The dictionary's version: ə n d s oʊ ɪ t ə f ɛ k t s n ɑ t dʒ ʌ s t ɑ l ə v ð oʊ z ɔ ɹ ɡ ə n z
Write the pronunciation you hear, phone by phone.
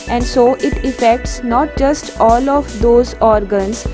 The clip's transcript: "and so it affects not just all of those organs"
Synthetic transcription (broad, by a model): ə n d s oʊ ɪ t ə f ɛ k t s n ɑ t dʒ ʌ s t ɑ l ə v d oʊ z ɔ ɹ ɡ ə n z